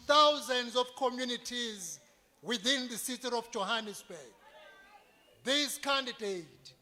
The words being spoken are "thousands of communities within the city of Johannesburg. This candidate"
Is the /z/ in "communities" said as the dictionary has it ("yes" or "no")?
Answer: yes